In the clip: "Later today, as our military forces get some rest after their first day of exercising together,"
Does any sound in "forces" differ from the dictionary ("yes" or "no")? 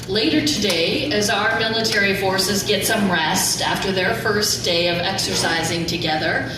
no